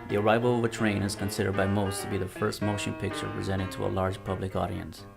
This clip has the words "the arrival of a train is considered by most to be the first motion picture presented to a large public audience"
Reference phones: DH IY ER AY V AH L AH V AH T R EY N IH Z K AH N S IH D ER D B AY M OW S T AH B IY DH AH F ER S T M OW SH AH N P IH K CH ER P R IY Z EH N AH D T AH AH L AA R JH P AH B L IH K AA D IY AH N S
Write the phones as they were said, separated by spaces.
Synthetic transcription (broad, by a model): DH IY ER AY V AH L AH V AH T R EY N IH Z K AH N S IH D ER D B AY M OW S T AH B IY DH AH F ER S T M OW SH AH N P IH K CH ER P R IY Z EH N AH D T AH AH L AA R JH P AH B L IH K AA D IY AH N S